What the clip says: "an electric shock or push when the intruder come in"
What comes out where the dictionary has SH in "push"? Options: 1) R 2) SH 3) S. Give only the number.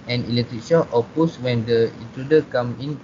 3